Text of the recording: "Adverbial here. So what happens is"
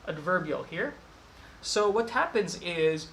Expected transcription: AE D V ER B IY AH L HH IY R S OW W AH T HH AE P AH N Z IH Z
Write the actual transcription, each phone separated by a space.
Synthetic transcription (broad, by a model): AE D V ER B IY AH L HH IY R S OW W AH T HH AE P AH N Z IH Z